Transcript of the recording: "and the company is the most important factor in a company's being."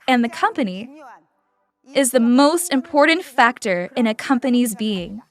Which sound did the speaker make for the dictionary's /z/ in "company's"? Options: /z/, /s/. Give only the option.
/z/